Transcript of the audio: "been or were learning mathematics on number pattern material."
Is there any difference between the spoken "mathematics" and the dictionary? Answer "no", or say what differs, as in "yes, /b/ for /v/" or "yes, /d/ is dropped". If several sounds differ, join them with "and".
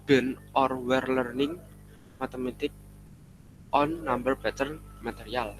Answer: yes, /t/ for /θ/ and /s/ is dropped